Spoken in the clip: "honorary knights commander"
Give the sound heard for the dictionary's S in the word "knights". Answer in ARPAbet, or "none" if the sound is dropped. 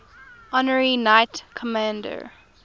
none